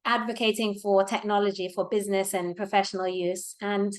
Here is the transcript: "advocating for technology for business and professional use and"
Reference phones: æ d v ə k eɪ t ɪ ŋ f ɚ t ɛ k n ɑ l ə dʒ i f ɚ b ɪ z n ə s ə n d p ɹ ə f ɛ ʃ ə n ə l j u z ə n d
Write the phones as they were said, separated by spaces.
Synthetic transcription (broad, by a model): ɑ d v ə k eɪ t ɪ ŋ f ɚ t ɛ k n ɑ l ə dʒ i f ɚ b ɪ z n ə s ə n p ɹ ə f ɛ ʃ ə n ə l j u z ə n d